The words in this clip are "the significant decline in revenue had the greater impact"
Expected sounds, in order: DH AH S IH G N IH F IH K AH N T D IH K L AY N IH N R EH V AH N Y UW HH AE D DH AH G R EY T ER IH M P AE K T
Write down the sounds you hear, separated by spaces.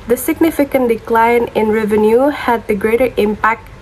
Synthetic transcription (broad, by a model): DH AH S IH G N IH F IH K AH N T D IH K L AY N IH N R EH V AH N Y UW HH AE D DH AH G R EY T ER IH M P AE K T